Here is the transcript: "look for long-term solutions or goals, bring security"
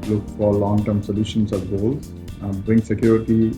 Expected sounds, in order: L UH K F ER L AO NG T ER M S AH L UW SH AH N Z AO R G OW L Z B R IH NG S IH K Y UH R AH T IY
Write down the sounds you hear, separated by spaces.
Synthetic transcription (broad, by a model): L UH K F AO L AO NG T ER M S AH L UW SH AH N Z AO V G OW L B R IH NG S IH K Y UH R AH T IY